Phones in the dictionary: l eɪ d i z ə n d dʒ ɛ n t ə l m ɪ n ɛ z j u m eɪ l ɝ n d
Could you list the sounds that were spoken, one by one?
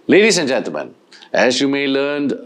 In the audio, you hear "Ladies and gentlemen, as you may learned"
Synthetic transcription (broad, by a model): l eɪ d i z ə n dʒ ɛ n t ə m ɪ n ɛ z j u m eɪ l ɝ n d